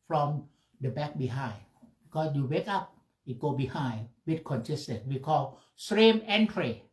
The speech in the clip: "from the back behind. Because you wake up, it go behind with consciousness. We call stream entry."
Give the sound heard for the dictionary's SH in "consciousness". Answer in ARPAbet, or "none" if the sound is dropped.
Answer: S